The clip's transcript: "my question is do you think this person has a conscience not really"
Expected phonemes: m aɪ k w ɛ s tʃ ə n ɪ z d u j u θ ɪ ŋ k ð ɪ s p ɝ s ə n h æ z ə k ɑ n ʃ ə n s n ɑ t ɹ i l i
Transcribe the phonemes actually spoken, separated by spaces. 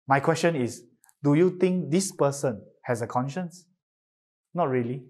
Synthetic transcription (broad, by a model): m aɪ k w ɛ s tʃ ə n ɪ s d u j u t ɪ ŋ k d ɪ s p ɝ s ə n h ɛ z ə k ɑ n ʃ ə n s n ɑ t ɹ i l i